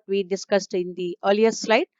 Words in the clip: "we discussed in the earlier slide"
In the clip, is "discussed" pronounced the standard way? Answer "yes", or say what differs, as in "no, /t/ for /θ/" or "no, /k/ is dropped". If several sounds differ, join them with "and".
yes